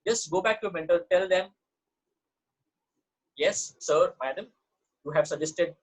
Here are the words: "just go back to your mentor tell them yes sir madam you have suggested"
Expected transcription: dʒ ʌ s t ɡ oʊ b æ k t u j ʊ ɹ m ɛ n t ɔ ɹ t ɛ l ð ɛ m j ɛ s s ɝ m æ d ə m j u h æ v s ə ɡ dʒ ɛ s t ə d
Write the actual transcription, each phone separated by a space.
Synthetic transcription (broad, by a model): dʒ ʌ s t ɡ oʊ b æ k t u m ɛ n t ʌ l t ɛ l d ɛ m j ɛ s s ɝ m æ d ə m j u h æ v s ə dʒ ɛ s t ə d